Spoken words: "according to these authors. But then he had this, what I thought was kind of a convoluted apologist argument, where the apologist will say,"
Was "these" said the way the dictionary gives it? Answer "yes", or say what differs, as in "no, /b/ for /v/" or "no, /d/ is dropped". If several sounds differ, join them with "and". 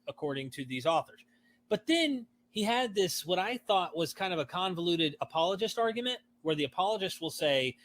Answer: yes